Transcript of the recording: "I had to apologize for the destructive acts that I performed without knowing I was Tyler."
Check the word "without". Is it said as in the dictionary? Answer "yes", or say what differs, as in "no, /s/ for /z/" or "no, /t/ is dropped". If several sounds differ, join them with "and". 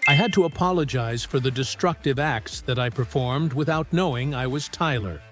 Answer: yes